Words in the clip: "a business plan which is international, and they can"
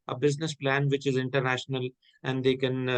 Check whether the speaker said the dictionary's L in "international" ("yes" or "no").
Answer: yes